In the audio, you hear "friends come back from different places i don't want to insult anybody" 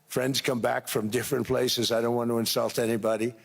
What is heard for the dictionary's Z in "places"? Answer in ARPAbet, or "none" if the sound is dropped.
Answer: Z